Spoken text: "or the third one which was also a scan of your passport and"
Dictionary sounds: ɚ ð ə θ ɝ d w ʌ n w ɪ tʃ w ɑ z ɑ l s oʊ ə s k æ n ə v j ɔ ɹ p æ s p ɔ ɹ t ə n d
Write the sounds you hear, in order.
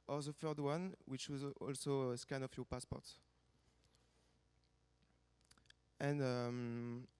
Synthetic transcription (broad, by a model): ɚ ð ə f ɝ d w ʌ n w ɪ tʃ w ɑ z ɑ l s oʊ ə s k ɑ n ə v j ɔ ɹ p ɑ s p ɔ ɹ t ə n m